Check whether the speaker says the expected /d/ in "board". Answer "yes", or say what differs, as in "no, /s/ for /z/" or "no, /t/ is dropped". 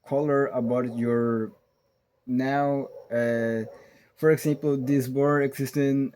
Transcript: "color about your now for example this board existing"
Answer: no, /d/ is dropped